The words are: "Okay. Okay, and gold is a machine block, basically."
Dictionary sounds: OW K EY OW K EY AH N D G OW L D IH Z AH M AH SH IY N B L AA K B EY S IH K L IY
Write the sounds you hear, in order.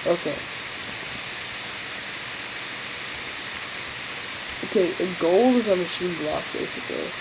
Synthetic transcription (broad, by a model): OW K EY OW K EY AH G OW L IH Z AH M AH SH IY N B L AA K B EY S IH K L IY